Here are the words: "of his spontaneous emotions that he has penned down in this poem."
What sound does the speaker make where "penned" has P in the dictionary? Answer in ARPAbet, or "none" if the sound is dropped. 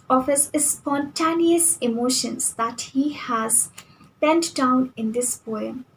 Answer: B